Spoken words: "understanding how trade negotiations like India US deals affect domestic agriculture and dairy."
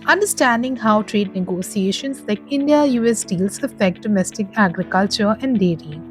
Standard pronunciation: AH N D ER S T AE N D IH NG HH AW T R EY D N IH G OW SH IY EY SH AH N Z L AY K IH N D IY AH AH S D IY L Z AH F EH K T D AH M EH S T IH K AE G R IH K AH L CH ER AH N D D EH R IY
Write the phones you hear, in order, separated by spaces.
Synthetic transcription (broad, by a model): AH N D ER S T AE N D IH NG HH AW T R EY D N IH G OW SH IY EY SH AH N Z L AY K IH N D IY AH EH S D IY L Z AH F EH K T D AH M EH S T IH K AE G R IH K AH L CH ER AH N D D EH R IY